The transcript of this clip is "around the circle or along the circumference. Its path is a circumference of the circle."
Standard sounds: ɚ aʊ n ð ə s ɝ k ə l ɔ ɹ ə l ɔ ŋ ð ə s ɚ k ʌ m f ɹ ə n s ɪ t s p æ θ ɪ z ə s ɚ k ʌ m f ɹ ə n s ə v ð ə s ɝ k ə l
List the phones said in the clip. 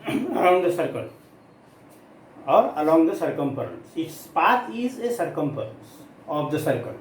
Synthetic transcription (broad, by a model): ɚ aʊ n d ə s ɝ k ə l ɔ ɹ ə l ɔ ŋ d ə s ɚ k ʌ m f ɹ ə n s ɪ t s p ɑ t ɪ z ə s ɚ k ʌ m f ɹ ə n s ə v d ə s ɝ k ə l